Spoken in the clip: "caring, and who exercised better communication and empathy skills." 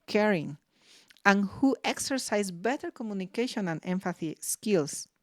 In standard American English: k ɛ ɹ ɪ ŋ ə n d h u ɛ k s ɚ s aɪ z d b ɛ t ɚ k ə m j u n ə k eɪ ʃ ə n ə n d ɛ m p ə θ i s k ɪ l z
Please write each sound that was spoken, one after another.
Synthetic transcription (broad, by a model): k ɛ ɹ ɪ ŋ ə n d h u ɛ k s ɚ s aɪ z b ɛ t ɚ k ə m j u n ə k eɪ ʃ ə n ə n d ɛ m f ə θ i s k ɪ l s